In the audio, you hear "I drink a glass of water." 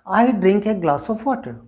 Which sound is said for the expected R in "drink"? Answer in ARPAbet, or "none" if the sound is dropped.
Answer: R